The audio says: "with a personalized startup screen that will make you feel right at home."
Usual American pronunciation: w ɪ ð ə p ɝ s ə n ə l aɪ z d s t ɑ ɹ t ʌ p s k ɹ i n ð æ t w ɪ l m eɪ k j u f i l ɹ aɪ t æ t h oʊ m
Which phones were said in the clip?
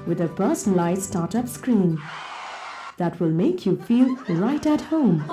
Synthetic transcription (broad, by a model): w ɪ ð ə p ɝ s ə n l aɪ s t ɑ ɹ t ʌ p s k ɹ i n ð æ t w ɪ l m eɪ k j u f i l ɹ aɪ t æ t h oʊ m